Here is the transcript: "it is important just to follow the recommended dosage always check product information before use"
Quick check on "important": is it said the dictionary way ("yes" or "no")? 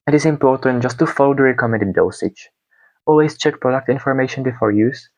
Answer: yes